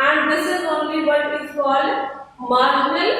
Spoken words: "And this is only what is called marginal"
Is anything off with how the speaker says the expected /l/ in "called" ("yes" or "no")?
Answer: yes